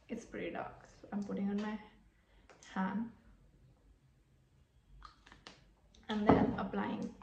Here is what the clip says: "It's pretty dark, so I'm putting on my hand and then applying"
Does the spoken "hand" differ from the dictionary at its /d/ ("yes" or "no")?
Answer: yes